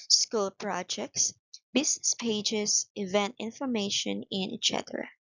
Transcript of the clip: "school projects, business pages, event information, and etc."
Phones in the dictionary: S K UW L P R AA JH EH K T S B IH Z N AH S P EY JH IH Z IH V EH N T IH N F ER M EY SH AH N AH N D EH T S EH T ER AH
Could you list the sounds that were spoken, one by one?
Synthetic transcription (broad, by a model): S K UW L P R AA JH EH K T S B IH S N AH S P EY JH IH S IH V EH N T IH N F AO M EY SH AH N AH N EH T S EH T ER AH